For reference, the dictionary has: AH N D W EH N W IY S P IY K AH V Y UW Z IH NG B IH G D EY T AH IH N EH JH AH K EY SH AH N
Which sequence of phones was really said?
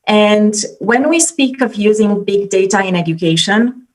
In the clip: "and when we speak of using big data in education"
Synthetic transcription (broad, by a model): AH N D W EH N W IY S P IY K AH V Y UW Z IH NG B IH G D EY T AH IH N EH JH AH K EY SH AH N